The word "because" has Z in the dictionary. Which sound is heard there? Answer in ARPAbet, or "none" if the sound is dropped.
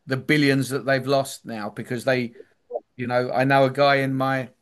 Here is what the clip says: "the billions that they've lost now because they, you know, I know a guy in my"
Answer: Z